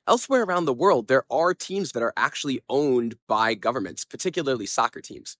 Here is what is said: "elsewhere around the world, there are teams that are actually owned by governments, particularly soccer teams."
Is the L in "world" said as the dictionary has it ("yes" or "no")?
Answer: yes